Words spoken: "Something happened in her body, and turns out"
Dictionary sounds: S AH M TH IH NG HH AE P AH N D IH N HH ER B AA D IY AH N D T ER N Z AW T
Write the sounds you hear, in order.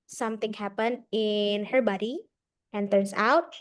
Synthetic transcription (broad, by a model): S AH M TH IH NG HH AE P AH N D IH N HH ER B AA D IY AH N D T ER N S AW T